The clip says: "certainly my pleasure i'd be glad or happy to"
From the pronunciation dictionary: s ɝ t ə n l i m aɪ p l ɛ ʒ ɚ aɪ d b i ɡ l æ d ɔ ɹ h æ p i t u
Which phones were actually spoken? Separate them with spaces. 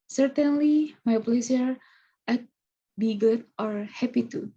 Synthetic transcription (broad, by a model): s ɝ t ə n l i m aɪ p l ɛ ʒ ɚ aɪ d b i ɡ u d ɔ ɹ h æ p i t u